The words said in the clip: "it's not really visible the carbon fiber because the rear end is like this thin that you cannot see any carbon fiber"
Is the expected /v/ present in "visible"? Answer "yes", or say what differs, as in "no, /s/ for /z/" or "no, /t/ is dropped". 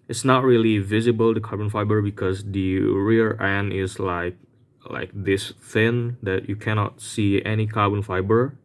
yes